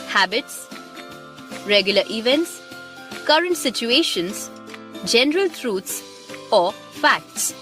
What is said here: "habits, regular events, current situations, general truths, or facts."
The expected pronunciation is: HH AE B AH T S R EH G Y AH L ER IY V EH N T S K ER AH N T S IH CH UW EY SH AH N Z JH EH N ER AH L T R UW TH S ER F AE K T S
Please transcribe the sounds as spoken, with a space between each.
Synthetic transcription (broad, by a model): HH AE B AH T S R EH G Y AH L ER IY V EH N T S K ER AH N T S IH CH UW EY SH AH N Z JH EH N ER AH L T R UW T S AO F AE K T S